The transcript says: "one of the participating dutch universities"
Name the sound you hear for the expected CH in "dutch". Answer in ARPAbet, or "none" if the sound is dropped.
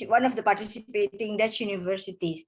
S